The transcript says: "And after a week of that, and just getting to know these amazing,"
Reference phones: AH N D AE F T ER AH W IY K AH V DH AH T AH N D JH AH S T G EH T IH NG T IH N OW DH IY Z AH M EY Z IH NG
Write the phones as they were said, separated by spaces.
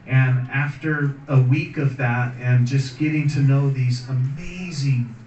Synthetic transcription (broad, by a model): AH N AE F T ER AH W IY K AH V DH AH T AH N JH AH S G EH T IH NG T IH N OW DH IY Z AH M EY Z IH NG